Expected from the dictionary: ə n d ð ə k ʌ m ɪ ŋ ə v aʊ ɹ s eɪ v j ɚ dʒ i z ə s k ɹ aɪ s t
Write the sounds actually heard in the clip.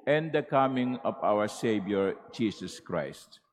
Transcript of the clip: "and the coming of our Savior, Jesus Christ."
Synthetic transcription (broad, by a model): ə n d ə k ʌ m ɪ ŋ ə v aʊ ɹ s eɪ b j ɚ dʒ i s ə s k ɹ aɪ s t